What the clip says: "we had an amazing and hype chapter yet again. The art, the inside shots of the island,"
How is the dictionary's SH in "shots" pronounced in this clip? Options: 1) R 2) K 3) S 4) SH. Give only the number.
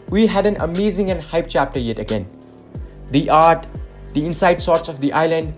3